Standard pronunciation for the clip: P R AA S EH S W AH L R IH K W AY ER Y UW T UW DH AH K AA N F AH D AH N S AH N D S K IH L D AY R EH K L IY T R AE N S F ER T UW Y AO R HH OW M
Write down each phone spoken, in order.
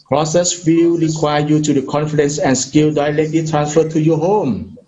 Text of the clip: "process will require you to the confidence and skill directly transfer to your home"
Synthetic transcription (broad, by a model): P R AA S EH S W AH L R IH K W AY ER Y UW T UW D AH K AA N F AH D AH N S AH N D S K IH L D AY L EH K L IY T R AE N S F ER T UW Y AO HH OW M